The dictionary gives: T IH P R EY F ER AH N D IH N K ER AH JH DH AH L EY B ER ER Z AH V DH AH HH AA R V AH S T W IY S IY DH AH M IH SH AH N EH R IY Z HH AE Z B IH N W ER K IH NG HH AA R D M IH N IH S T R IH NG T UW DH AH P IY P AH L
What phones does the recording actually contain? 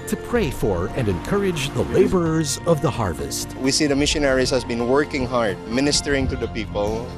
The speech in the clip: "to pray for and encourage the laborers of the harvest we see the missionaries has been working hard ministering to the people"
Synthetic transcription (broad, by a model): T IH P R EY F ER AH N D IH N K ER AH JH DH AH L EY B ER ER Z AH V DH AH HH AA R V AH S T W IY S IY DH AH M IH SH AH N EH R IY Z HH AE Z B IH N W ER K IH NG HH AA R D M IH N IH S T R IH NG T UW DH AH P IY P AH L